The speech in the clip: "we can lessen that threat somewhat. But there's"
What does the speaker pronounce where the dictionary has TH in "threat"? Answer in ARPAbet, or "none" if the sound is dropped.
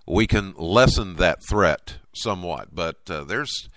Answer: TH